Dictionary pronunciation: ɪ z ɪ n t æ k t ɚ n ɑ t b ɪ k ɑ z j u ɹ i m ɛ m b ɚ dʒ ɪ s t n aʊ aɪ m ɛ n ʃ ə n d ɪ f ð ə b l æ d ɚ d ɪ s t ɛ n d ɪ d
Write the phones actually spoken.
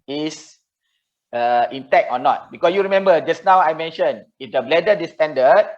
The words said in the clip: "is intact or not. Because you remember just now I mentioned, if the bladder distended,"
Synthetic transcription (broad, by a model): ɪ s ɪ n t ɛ k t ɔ n ɑ t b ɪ k ɑ s j u ɹ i m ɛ m b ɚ dʒ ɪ s n aʊ aɪ m ɛ n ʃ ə n ɪ f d ə b l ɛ d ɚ d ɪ s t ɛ n d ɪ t